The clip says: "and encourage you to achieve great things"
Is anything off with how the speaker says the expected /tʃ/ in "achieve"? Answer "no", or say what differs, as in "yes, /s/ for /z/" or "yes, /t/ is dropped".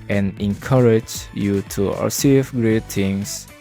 yes, /s/ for /tʃ/